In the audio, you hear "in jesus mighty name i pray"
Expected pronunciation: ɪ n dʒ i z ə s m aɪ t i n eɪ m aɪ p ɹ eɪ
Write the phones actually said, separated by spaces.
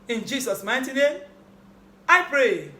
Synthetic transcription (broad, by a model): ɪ n dʒ i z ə s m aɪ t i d eɪ aɪ p ɹ eɪ